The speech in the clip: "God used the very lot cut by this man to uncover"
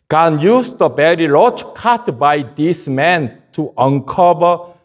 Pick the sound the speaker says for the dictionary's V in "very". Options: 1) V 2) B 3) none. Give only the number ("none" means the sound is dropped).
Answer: 2